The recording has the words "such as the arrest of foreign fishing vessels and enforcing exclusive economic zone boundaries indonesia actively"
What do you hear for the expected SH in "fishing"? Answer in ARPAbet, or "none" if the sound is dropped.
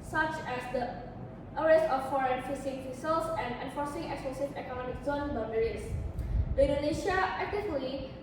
S